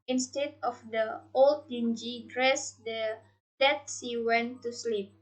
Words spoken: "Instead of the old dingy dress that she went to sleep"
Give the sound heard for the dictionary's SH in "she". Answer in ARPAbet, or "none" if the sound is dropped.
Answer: S